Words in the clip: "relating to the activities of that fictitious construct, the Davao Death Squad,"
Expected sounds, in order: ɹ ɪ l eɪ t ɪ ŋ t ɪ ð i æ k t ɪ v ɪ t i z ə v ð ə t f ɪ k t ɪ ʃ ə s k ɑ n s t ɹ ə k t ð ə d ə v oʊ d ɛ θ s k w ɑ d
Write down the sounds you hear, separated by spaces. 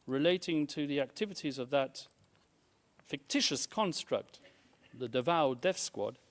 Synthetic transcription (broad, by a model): ɹ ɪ l eɪ t ɪ ŋ t ɪ ð i æ k t ɪ v ɪ t i z ə v ð ə t f ɪ k t ɪ ʃ ə s k ɑ n s t ɹ ə k t ð ə d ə v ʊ d ɛ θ s k w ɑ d